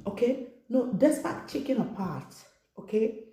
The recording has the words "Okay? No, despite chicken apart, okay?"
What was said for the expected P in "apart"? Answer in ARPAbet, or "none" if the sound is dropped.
P